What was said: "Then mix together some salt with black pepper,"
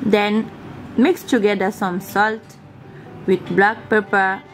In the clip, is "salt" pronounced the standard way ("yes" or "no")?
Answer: yes